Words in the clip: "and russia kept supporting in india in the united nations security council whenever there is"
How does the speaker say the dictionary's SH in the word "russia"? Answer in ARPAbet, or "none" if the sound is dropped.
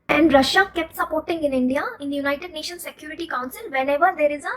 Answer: SH